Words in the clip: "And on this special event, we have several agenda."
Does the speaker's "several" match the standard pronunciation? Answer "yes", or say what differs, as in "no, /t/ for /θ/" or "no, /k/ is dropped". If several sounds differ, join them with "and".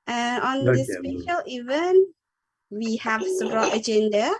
no, /b/ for /v/